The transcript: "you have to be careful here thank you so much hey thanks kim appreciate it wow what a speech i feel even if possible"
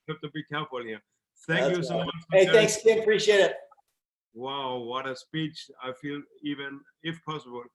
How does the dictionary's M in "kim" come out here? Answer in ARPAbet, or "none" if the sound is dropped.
none